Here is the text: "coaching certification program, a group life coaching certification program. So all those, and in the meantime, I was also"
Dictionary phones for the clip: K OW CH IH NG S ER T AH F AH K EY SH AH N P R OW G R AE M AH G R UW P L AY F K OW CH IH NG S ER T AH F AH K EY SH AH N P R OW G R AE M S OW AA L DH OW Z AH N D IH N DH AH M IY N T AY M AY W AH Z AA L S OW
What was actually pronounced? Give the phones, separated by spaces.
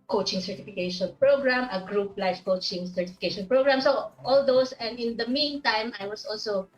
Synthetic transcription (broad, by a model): K OW CH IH NG S ER T AH F AH K EY SH AH N P R OW G R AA M AH G R UW P L AY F K OW CH IH NG S ER T AH F AH K EY SH AH N P R OW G R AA M S OW AA L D OW S AH N D IH N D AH M IY N T AY M AY W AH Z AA L S OW